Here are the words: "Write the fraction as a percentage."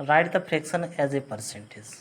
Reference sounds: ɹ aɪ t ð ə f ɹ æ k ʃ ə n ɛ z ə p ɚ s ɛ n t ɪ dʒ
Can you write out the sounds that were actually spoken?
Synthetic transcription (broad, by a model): ɹ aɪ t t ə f ɹ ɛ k s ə n ɛ z ə p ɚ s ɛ n t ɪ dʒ